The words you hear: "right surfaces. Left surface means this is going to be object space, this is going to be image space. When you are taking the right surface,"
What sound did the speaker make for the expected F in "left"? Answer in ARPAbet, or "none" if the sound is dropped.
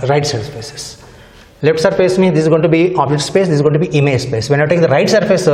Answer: none